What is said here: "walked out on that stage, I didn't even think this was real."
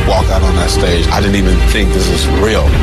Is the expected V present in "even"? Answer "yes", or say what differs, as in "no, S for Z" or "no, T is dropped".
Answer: yes